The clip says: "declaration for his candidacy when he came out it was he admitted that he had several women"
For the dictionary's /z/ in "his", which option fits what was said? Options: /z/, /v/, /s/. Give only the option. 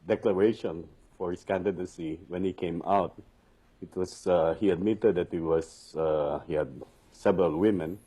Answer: /s/